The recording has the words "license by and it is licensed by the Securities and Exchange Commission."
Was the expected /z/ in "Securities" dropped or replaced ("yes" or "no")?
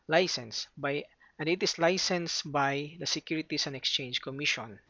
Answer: yes